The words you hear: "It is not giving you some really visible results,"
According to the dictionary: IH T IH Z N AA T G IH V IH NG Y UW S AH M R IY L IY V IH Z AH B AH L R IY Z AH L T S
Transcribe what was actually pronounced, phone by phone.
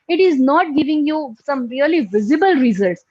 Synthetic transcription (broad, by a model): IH T IH Z N AA T G IH V IH NG Y UW S AH M R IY L IY V IH Z AH B AH L R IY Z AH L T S